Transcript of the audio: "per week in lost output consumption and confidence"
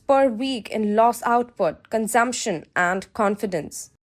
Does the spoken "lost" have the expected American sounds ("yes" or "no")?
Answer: no